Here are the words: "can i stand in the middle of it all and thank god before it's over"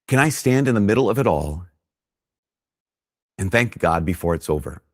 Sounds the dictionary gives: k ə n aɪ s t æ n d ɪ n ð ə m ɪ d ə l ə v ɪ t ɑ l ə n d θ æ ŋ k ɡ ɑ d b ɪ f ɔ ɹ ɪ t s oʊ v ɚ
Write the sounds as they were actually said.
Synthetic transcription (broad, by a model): k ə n aɪ s t æ n d ɪ n ð ə m ɪ d l ə v ɪ t ɑ l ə n θ æ ŋ k ɡ ɑ d b ɪ f ɔ ɹ ɪ t s oʊ v ɚ